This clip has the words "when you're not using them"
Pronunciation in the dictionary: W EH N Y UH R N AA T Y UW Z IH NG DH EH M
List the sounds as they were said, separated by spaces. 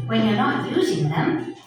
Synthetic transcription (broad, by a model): W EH N Y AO R N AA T Y UW Z IH NG DH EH M